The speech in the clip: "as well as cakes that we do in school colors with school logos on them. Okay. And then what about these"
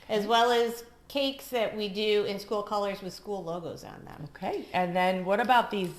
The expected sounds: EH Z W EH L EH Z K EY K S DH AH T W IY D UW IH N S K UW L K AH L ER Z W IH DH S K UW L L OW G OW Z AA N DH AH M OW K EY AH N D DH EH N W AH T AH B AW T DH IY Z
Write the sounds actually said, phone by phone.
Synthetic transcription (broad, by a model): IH Z W EH L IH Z K EY K S DH AH T W IY D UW IH N S K UW L K AH L ER Z W IH DH S K UW L L OW G OW Z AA N DH AH M OW K EY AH N DH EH N W AH T AH B AW T DH IY Z